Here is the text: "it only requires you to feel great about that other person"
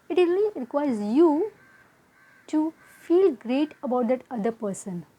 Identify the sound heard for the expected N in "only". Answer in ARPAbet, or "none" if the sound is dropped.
none